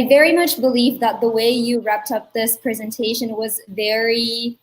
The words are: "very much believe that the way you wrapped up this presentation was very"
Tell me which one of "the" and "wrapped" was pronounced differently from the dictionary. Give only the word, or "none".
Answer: none